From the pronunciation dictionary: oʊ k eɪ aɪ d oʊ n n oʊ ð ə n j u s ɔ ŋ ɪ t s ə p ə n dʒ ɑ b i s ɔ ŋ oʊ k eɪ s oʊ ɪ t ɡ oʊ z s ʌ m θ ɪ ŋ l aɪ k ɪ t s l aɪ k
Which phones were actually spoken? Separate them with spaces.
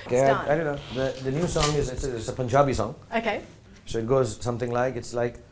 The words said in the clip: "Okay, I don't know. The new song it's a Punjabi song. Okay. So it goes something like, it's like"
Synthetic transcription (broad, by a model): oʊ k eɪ aɪ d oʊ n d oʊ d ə n j u s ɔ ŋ ɪ t s ə p ə n dʒ ɑ b i s ɔ ŋ oʊ k eɪ s oʊ ɪ t ɡ oʊ z s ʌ m t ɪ ŋ l aɪ k ɪ t s l aɪ k